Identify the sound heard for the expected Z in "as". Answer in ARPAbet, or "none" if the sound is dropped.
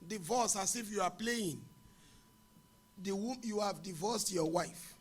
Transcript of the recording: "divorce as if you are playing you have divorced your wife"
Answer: S